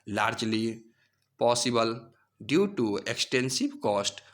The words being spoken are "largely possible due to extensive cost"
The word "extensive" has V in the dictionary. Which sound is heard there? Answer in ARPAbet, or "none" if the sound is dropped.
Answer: B